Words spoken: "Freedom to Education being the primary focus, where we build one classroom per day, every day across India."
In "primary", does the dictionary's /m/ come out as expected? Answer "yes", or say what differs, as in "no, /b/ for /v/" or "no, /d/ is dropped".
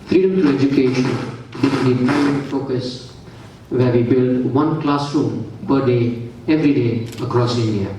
no, /m/ is dropped